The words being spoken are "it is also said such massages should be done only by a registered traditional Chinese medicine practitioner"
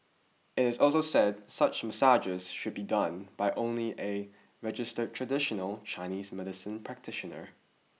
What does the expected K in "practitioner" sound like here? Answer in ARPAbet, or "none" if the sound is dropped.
K